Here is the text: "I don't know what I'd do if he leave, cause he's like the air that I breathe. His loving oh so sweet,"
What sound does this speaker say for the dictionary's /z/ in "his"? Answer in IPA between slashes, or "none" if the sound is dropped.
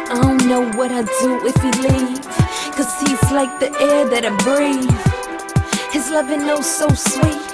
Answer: /z/